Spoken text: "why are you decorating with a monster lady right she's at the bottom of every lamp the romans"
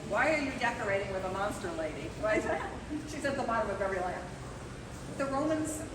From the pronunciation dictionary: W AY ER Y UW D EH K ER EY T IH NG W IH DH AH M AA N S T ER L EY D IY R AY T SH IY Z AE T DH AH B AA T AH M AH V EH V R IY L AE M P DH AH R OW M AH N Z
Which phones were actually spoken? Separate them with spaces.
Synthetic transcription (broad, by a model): W AY ER Y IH D EH K ER EY T IH NG W IH DH AH M AA N S T ER L EY D IY W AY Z SH IY Z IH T DH AH B AA T AH M AH V EH V R IY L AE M DH AH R OW M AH N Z